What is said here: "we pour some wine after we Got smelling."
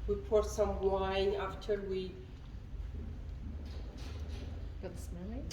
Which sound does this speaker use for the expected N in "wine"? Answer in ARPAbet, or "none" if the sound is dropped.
none